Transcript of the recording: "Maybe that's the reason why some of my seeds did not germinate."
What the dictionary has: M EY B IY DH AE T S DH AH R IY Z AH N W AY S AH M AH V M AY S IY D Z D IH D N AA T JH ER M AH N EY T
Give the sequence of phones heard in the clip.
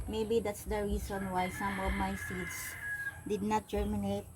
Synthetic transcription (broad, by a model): M EY B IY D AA T S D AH R IY S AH N W AY S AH M AH V M AY S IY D S D IH D N AA T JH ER M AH N EY T